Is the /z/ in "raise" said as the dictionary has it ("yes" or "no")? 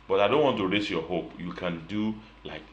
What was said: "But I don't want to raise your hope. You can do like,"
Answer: no